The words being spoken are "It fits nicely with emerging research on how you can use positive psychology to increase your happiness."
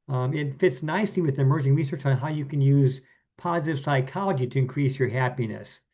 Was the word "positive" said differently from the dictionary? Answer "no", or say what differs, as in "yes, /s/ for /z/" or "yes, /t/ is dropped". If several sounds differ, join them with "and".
no